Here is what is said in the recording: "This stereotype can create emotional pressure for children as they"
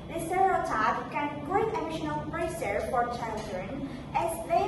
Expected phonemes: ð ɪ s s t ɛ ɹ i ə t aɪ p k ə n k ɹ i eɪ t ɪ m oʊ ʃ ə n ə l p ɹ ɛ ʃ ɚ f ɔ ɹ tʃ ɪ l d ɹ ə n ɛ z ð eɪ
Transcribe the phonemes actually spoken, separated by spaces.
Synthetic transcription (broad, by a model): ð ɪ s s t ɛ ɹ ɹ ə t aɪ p k ə n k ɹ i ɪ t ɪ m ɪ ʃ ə n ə l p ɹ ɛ s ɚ f ɔ ɹ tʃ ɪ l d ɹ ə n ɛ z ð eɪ